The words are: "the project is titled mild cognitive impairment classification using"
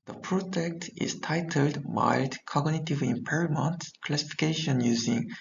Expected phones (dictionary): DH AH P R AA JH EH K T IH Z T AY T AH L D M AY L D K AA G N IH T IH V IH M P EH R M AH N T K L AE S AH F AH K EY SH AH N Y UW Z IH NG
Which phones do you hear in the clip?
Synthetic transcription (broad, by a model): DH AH P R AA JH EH K T IH Z T AY T AH L D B AY D K AA G N IH T IH V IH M P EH R M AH N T K L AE S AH F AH K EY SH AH N Y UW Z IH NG